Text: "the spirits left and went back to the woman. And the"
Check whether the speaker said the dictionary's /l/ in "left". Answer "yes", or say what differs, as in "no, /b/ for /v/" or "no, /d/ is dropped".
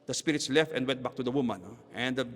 yes